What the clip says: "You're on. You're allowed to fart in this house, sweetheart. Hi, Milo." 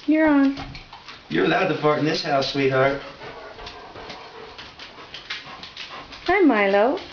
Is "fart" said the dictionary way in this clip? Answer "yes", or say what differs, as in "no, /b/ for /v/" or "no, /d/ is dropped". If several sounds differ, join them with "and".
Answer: no, /p/ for /f/